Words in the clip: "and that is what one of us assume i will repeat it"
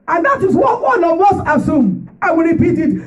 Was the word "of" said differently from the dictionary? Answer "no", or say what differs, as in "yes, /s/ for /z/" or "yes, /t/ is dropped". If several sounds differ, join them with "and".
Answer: yes, /w/ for /v/